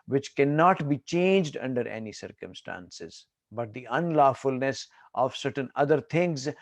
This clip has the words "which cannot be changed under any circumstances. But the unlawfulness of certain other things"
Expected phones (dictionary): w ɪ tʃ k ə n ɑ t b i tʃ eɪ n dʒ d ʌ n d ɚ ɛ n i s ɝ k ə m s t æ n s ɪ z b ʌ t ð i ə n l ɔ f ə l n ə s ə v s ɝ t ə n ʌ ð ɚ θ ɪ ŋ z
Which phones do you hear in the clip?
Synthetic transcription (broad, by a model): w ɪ tʃ k ə n ɑ t b i tʃ eɪ n dʒ d ʌ n d ɚ ɛ n i s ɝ k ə m s t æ n s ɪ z b ʌ t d i ə n l ɔ f ə l n ə s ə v s ɝ t ə n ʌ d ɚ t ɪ ŋ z